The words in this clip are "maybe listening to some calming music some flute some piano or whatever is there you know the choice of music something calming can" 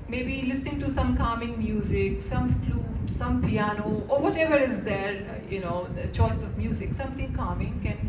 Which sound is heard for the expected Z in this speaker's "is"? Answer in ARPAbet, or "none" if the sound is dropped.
Z